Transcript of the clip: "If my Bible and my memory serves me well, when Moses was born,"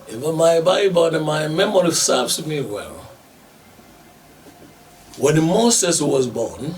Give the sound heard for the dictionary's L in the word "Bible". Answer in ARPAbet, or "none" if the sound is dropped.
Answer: N